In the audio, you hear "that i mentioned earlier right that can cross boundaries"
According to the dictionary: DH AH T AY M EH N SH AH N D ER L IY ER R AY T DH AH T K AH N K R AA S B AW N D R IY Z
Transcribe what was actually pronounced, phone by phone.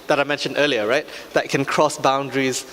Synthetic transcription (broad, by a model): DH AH T AY M EH N SH AH N D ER L IY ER R AY T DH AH T K AH N K R AA S B AW N D R IY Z